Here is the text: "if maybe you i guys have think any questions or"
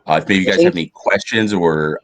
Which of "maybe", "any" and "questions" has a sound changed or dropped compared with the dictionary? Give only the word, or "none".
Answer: none